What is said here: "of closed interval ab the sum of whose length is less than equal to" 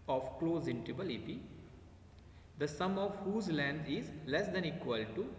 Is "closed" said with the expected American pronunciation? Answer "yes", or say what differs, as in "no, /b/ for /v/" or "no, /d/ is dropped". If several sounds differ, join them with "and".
no, /d/ is dropped